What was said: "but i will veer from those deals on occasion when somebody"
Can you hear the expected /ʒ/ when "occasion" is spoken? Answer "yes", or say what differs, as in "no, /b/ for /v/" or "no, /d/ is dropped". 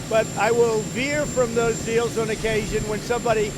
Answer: yes